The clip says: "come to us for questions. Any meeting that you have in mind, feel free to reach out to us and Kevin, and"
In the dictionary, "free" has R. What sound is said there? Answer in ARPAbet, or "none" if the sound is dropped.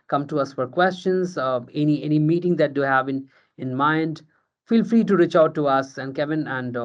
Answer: R